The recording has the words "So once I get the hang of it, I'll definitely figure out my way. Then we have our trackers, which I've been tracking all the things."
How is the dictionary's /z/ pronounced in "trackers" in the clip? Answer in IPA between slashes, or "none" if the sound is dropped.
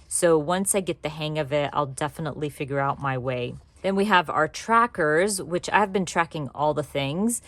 /z/